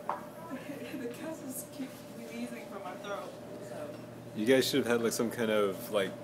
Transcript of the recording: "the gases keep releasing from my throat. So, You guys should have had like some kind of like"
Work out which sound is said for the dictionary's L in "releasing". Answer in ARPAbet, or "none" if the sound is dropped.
none